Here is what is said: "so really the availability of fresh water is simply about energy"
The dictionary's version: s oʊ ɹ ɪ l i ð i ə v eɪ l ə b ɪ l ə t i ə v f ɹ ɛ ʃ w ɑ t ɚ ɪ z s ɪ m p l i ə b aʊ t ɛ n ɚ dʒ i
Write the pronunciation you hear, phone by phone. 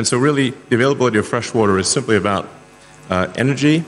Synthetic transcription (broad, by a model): s oʊ ɹ ɪ l i ð i ə v eɪ l ə b ɪ l ə t i ə v f ɹ ɛ ʃ w ɑ t ɚ ɪ z s ɪ m p l i ə b aʊ t ɛ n ɚ dʒ i